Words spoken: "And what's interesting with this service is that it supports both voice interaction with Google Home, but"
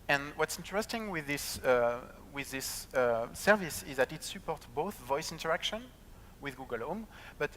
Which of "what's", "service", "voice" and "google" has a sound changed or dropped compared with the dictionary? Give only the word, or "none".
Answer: none